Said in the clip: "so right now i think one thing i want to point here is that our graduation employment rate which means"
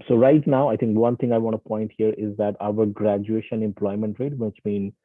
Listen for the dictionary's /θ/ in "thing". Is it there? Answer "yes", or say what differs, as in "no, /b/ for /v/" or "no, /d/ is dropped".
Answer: no, /t/ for /θ/